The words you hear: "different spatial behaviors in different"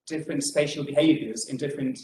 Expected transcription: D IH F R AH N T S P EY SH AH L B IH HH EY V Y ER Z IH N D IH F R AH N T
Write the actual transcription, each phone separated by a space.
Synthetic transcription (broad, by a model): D IH F R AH N T S P EY SH AH L B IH HH EY V Y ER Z IH N D IH F R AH N T